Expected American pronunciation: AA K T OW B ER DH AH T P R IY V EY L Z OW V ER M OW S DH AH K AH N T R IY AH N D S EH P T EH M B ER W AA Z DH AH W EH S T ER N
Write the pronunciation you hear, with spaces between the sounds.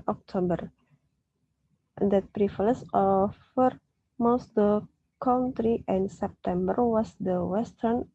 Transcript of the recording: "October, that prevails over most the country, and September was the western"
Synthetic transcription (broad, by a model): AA K T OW B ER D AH T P R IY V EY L S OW F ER M OW S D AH K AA N T R IY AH N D S EH P T EH M B ER W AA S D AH W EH S T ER N